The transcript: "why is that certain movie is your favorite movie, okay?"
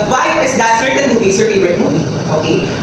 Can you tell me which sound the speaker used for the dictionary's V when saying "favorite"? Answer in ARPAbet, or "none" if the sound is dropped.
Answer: none